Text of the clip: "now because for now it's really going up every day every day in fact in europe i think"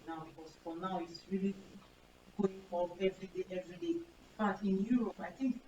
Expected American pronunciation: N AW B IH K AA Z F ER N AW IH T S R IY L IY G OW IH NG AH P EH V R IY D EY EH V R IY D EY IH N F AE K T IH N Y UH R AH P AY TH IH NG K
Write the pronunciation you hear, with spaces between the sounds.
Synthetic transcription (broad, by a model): N AW B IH K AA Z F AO N AW IH T S R IY L IY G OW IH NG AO EH V R IY D EY EH V R IY D EY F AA T IH N Y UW R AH P AY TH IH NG K